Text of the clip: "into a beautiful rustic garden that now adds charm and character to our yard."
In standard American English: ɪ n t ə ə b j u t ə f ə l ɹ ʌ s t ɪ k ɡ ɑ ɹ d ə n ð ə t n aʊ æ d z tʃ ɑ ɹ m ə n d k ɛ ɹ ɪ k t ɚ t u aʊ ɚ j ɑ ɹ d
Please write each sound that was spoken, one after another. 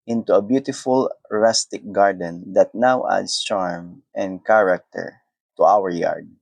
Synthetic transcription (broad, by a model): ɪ n t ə ə b j u t ə f ə l ɹ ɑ s t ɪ k ɡ ɑ ɹ d ə n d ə t n aʊ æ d s tʃ ɑ ɹ m ə n d k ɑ ɹ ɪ k t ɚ t u aʊ ɚ j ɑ ɹ d